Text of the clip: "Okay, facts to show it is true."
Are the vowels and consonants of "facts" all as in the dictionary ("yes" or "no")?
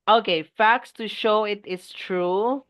yes